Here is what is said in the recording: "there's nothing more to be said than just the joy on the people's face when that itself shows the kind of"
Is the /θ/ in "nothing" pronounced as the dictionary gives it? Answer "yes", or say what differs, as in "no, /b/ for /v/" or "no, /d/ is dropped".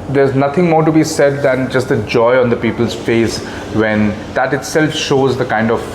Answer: no, /t/ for /θ/